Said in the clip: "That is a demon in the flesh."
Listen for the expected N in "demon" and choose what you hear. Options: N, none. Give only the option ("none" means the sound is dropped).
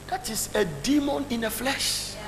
N